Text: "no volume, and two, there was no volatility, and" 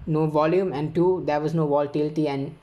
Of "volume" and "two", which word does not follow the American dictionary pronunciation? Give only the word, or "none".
none